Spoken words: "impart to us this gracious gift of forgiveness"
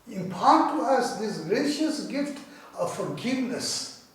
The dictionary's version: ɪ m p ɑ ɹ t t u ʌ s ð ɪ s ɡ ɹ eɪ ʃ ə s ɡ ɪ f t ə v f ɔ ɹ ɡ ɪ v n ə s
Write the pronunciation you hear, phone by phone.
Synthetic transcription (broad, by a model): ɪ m p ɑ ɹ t t u ʌ s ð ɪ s ɡ ɹ eɪ ʃ ə s ɡ ɪ f t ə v f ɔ ɹ ɡ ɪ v n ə s